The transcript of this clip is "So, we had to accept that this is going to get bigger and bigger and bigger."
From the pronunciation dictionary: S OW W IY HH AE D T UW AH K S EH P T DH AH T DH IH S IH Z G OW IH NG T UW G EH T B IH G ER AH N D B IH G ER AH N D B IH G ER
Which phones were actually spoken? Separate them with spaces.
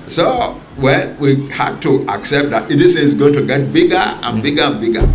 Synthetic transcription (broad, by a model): S OW W IY HH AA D T UW AH K S EH P T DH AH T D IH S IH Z G OW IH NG T UW G EH T B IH G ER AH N B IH G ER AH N B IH G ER